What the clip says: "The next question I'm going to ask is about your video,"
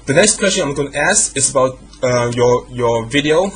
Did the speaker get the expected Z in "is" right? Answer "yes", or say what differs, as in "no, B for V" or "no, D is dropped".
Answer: no, S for Z